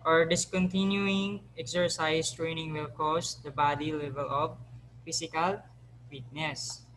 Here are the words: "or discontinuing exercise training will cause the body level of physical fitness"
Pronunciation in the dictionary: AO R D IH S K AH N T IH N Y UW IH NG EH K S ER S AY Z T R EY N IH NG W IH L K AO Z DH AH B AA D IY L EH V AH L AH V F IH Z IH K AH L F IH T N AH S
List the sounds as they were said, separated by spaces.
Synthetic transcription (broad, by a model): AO R D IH S K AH N T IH N Y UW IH NG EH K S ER S AY S T R EY N IH NG W IH L K AO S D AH B AA D IY L EH V AH L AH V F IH S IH K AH L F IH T N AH S